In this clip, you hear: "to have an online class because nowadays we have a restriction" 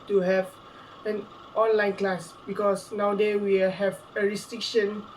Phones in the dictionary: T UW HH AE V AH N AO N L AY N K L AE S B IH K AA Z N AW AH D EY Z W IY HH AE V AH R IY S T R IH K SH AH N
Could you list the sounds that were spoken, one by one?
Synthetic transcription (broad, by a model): T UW HH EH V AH N AO N L AY N K L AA S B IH K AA S N AW D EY W IY HH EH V AH R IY S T R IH K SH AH N